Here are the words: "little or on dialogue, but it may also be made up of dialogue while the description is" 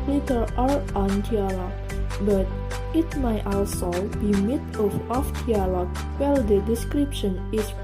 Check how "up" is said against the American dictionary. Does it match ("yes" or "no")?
no